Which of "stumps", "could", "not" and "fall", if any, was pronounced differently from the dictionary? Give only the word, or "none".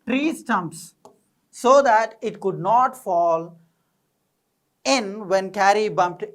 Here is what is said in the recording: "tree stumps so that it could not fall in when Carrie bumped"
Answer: none